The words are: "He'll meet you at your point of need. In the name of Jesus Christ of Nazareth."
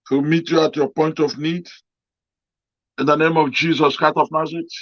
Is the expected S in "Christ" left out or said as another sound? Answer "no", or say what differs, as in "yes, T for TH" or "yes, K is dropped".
yes, S is dropped